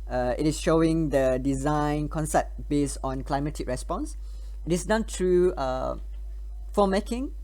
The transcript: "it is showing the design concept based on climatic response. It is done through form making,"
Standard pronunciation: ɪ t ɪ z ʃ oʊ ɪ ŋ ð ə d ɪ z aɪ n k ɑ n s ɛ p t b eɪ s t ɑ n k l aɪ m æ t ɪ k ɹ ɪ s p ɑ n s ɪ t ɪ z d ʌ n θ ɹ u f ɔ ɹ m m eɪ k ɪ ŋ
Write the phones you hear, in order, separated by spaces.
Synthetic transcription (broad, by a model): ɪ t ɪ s ʃ oʊ ɪ ŋ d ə d ɪ z aɪ n k ɑ n s ɛ p t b eɪ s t ɑ n k l aɪ m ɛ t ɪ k ɹ ɪ s p ɑ n s ɪ t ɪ s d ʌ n t ɹ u f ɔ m m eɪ k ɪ ŋ